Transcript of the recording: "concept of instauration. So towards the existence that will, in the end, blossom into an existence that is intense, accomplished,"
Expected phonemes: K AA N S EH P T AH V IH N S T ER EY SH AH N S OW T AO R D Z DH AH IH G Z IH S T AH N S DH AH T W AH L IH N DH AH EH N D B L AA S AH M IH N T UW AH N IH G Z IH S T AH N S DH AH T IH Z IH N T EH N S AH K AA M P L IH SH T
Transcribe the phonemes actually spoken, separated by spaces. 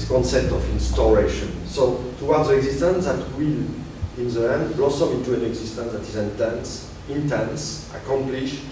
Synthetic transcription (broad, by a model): K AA N S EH P T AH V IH N S T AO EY SH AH N S OW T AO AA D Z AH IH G Z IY S T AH N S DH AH T W AH L IH N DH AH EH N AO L S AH IH N T UW AH N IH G Z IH S T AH N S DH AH T IH Z IH N T EH N S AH K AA M P L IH SH